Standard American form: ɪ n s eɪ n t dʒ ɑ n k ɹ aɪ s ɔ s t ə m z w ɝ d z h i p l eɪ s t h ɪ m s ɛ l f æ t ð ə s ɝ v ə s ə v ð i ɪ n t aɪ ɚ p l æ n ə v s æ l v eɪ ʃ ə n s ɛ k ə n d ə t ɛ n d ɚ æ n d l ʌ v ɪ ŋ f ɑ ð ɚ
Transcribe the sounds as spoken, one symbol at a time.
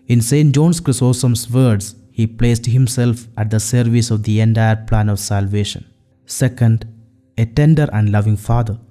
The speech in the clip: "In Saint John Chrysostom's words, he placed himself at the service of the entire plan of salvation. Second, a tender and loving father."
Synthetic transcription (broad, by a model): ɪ n s eɪ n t dʒ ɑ n k ɹ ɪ s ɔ s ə m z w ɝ d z h i p l eɪ s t h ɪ m s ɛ l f æ t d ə s ɝ v ə s ə v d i ɪ n t aɪ ɚ p l æ n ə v s æ l v eɪ ʃ ə n s ɛ k ə n d ə t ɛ n d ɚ æ n d l ʌ v ɪ ŋ f ɑ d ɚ